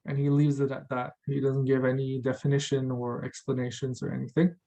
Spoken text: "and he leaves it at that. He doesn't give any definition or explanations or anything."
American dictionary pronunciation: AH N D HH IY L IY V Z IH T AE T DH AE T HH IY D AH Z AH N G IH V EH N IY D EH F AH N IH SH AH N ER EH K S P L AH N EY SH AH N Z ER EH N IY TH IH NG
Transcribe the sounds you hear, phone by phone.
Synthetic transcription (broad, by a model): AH N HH IY L IY V Z IH T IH T DH AE T HH IY D AH Z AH N G IH V EH N IY D EH F AH N IH SH AH N ER EH K S P L AH N EY SH AH N Z ER EH N IY TH IH NG